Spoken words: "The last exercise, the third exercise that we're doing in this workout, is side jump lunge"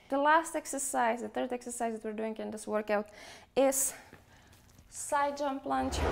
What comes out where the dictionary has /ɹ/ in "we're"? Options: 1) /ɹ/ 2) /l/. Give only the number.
1